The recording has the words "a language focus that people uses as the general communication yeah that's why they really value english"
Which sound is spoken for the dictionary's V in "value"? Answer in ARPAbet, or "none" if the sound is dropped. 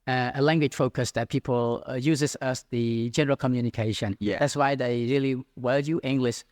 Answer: W